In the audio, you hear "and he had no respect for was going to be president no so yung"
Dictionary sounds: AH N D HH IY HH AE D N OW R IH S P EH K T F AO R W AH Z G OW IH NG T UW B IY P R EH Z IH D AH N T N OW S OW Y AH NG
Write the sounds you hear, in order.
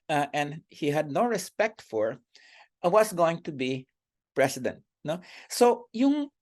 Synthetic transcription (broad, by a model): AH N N HH IY HH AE D N OW R IH S P EH K T F AO R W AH S G OW IH NG T UW B IY P R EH S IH D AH N T N OW S OW Y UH NG